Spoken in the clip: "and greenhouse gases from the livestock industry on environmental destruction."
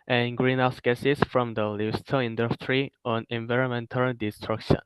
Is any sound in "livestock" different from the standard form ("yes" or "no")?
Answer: yes